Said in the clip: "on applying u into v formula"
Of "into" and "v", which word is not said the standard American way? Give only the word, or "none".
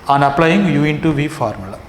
none